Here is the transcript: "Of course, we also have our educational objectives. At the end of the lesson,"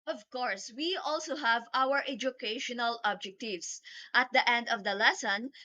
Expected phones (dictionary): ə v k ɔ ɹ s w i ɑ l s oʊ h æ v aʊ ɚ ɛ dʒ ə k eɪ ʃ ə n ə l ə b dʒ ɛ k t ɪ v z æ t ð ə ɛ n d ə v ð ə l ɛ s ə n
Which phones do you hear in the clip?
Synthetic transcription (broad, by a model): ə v k ɔ ɹ s w i ɑ l s oʊ h æ v aʊ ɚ ɛ dʒ ə k eɪ ʃ ə n ə l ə b dʒ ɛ k t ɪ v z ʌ t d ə ɛ n d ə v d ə l ɛ s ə n